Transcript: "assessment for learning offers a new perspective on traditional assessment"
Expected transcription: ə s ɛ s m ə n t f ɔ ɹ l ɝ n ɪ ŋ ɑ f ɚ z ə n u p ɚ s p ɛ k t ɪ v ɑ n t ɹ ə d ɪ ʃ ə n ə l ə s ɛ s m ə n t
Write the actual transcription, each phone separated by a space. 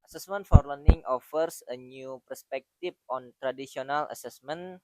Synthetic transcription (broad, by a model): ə s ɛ s m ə n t f ɔ ɹ l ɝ n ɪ ŋ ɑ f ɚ s ə n u p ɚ s p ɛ k t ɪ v ɑ n t ɹ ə d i s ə n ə l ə s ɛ s m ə n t